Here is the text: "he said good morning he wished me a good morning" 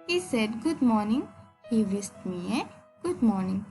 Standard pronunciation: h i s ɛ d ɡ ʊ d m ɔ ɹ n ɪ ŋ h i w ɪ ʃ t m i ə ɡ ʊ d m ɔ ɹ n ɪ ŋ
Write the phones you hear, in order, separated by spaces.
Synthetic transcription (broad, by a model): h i s ɛ d ɡ ʊ d m ɔ ɹ n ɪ ŋ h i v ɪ s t m i ə ɡ ʊ d m ɔ ɹ n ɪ ŋ